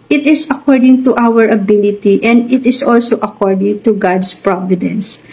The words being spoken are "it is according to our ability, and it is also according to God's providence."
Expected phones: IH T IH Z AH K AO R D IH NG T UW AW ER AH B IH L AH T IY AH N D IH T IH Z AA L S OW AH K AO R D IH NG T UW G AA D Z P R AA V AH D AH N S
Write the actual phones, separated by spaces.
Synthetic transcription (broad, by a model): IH T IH S AH K AO R D IH NG T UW AW ER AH B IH L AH T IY AH N D IH T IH S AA L S OW AH K AO R D IH NG T UW G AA D S P R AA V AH D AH N S